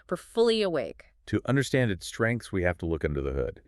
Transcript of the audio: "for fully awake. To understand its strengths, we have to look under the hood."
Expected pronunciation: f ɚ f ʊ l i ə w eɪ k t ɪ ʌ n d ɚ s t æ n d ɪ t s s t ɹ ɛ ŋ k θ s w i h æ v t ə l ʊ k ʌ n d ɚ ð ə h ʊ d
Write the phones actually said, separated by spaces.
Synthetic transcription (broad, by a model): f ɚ f ʊ l i ə w eɪ k t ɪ ʌ n d ɚ s t æ n d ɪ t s s t ɹ ɛ ŋ k θ s w i h æ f t ə l ʊ k ʌ n d ɚ ð ə h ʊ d